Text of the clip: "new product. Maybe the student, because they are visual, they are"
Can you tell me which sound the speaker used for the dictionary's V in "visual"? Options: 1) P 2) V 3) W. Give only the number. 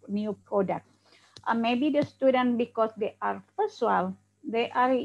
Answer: 1